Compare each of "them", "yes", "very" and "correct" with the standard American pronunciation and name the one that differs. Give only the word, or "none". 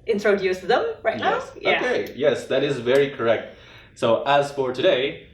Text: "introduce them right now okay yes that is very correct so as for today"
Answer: none